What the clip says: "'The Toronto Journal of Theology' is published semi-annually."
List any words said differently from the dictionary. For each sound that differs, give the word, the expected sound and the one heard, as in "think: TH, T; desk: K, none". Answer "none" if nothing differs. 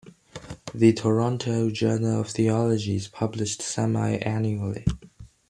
none